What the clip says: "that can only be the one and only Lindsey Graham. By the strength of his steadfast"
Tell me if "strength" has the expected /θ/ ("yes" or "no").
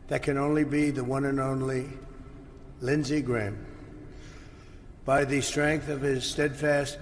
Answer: yes